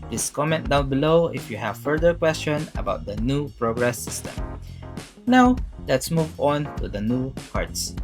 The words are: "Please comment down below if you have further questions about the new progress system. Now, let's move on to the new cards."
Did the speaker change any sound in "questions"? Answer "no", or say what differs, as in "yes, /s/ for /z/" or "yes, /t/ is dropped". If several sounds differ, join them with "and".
yes, /z/ is dropped